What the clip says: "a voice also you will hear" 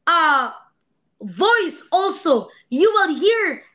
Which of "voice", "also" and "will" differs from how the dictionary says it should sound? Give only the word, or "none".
none